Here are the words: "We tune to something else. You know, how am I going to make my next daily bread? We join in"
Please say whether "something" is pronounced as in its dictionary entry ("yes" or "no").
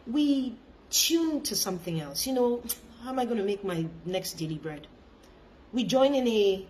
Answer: yes